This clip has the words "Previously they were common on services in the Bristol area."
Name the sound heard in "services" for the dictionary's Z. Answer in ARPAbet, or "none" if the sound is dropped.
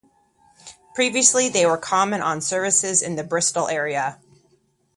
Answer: Z